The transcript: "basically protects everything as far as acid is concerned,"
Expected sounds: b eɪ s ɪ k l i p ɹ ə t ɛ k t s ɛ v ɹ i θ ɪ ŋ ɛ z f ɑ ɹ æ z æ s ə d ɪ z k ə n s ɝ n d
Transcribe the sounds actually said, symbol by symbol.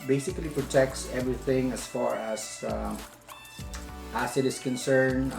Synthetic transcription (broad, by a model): b eɪ s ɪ k l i p ɹ ə t ɛ k t s ɛ v ɹ i θ ɪ ŋ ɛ s f ɑ ɹ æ s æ s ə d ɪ s k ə n s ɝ n